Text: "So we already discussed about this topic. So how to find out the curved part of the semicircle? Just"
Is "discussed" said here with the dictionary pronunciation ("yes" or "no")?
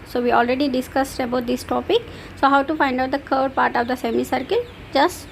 yes